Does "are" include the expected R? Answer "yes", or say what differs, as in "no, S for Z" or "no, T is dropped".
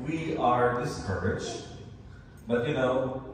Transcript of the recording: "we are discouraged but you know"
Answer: yes